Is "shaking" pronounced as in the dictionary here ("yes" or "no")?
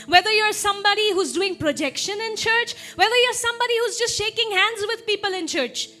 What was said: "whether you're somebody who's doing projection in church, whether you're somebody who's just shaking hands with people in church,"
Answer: yes